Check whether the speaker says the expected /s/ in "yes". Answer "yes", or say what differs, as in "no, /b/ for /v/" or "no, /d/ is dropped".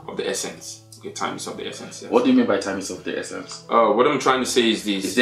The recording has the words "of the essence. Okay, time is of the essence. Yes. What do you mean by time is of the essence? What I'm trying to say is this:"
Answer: no, /s/ is dropped